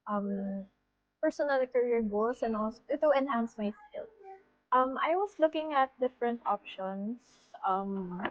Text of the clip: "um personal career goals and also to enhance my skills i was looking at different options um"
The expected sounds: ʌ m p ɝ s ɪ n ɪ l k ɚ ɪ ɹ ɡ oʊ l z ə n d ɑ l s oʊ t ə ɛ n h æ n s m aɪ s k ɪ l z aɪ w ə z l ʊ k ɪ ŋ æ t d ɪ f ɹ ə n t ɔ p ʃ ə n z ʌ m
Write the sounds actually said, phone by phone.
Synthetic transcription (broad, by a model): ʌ m p ɝ s ɪ n ɪ l k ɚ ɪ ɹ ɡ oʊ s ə n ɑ l s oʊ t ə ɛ n h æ n s m aɪ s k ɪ l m aɪ w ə s l ʊ k ɪ ŋ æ t d ɪ f ɹ ə n t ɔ p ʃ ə n s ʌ m